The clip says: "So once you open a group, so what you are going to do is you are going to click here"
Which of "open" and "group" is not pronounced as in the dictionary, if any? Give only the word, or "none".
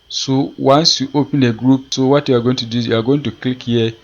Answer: none